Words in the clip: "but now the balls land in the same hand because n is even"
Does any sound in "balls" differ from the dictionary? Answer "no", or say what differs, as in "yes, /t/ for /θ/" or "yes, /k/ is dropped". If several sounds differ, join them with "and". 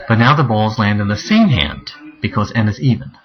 no